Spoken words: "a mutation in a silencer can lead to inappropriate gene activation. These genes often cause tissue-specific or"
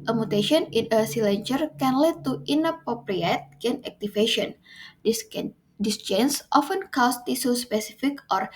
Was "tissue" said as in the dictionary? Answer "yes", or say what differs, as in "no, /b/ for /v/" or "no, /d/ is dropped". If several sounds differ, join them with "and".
no, /s/ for /ʃ/